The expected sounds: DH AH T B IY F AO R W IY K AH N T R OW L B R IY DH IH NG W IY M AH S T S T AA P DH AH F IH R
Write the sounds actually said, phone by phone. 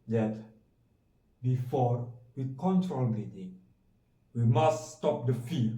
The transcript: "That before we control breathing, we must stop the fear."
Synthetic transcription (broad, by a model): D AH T B IY F AO R W IY K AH N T R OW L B IY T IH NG W IY M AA S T S T AA P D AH F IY